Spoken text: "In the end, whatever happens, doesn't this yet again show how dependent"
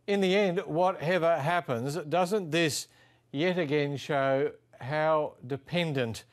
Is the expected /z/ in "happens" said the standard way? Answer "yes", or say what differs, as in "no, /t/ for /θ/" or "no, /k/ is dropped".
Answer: yes